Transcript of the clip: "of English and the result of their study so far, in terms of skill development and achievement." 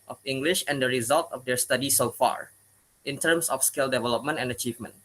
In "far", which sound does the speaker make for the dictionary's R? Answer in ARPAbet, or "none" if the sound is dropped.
R